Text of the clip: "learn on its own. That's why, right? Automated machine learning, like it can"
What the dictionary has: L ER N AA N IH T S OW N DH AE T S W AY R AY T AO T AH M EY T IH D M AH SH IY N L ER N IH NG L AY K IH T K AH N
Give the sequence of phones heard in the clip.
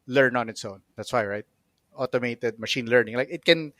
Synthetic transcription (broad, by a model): L ER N AA N IH T S OW N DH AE T S W AY R AY T AO T AH M EY T IH D M AH SH IY N L ER N IH NG L AY K IH T K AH N